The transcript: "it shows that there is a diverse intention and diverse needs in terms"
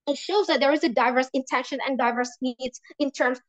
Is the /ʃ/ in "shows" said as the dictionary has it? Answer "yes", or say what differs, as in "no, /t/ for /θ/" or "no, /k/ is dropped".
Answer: yes